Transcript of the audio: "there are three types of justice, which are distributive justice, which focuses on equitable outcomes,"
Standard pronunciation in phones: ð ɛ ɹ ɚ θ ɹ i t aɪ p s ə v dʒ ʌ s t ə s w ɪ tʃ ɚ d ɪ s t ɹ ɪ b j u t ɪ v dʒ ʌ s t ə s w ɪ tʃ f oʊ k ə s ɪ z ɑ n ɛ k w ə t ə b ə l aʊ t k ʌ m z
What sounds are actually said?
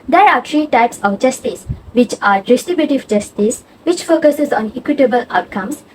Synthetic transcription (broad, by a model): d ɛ ɹ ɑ t ɹ i t aɪ p s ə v dʒ ʌ s t ə s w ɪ tʃ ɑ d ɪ s t ɹ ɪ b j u t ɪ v dʒ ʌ s t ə s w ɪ tʃ f oʊ k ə s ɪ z ɑ n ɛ k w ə t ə b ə l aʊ t k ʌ m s